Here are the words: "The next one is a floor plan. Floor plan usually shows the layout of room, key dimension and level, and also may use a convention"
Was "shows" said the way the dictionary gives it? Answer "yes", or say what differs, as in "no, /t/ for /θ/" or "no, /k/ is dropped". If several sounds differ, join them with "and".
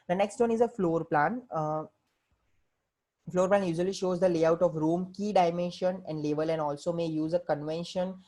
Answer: yes